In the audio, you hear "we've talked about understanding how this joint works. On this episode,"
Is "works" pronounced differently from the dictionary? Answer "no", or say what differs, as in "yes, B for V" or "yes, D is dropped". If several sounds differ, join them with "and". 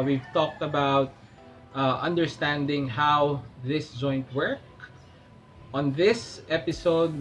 yes, S is dropped